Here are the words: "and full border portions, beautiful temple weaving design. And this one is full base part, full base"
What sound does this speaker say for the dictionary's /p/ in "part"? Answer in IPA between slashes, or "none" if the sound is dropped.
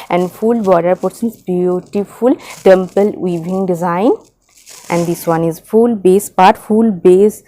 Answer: /p/